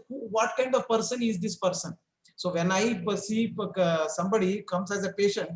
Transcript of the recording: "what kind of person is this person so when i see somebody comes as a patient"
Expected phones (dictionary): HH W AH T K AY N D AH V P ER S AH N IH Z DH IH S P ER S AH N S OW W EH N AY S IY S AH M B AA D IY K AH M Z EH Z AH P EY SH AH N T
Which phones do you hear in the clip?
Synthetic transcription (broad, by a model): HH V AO T K AY N D AH V P ER S AH N IH Z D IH S P ER S AH N S OW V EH N AY S IY S AH M B AA D IY K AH M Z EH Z AH P EY SH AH N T